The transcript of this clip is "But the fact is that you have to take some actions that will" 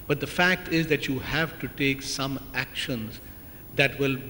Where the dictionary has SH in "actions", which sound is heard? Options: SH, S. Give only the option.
SH